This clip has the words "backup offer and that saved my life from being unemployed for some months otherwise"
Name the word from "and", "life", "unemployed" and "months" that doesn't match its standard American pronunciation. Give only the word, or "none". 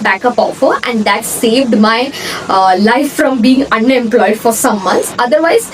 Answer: months